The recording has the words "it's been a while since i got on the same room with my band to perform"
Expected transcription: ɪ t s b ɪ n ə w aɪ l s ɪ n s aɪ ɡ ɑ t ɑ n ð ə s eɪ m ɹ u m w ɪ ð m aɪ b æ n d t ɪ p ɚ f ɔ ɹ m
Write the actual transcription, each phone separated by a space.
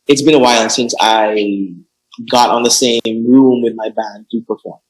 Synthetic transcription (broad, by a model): ɪ t s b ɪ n ə w aɪ n s ɪ n s aɪ ɡ ɑ t n ð ə s eɪ m ɹ u m w ɪ ð m aɪ b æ n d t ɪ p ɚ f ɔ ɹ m